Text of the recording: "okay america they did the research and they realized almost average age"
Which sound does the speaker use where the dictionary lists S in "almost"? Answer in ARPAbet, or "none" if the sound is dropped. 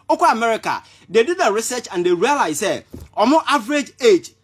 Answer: none